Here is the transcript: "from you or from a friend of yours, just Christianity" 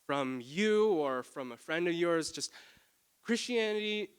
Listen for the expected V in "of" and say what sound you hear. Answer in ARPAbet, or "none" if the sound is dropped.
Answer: V